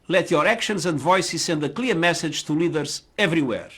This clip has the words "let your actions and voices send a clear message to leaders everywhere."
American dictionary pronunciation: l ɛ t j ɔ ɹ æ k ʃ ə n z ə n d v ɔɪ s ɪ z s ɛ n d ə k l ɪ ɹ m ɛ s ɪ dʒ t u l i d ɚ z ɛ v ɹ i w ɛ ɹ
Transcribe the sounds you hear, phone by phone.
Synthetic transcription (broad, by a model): l ɛ t j ɔ ɹ æ k ʃ ə n z ə n d v ɔɪ s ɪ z s ɛ n d ə k l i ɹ m ɛ s ɪ dʒ t u l i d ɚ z ɛ v ɹ i w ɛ ɹ